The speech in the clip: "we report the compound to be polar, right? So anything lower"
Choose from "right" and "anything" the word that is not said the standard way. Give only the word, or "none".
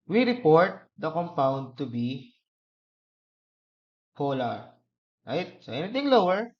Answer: anything